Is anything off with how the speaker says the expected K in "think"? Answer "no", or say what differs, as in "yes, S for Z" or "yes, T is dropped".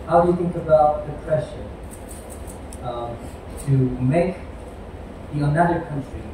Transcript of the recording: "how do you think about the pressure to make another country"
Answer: no